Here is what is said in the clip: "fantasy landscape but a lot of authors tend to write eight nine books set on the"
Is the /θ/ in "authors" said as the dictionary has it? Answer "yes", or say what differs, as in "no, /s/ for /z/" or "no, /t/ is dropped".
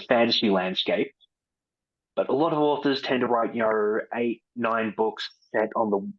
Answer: yes